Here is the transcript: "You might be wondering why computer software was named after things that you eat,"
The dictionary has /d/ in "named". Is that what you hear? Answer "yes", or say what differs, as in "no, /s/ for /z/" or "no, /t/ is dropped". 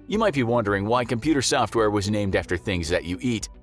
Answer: yes